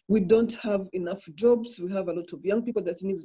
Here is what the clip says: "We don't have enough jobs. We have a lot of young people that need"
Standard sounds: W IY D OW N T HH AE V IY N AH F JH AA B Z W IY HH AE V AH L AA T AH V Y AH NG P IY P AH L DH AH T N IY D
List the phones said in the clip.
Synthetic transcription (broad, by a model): W IY D OW N T HH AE V IY N AH F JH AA B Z W IY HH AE V AH L AA T AH V Y AH NG P IY P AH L DH AH T N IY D